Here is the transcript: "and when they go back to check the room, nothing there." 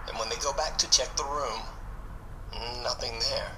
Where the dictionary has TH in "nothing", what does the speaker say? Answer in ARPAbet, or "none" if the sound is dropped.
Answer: TH